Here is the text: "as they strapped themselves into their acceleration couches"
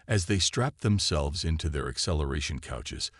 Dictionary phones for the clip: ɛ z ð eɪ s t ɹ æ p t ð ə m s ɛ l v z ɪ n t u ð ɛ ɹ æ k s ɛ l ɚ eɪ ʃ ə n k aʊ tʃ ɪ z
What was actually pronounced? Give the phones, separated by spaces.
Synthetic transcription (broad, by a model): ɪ z ð eɪ s t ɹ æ p ð ə m s ɛ l v z ɪ n t u ð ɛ ɹ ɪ k s ɛ l ɚ eɪ ʃ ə n k aʊ tʃ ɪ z